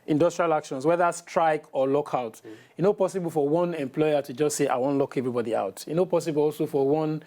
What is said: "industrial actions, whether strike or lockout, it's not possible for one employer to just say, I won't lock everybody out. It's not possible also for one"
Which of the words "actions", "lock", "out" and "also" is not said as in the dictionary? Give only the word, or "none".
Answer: actions